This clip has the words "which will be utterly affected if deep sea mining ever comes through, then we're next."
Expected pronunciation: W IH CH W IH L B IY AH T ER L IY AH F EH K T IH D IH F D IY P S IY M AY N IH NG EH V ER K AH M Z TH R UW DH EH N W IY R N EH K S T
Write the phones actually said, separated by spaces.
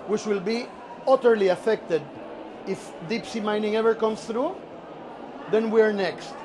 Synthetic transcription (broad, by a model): W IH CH W IH L B IY AH T ER L IY AH F EH K T IH D IH F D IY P S IY M AY N IH NG EH V ER K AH M S TH R UW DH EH N W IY R N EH K S T